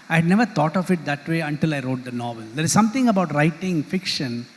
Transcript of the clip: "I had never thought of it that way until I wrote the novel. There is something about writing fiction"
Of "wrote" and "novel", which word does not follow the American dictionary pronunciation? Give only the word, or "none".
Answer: none